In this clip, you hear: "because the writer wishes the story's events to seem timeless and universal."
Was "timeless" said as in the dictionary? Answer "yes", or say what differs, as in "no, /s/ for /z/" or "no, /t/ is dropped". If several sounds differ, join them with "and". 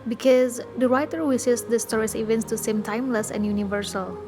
yes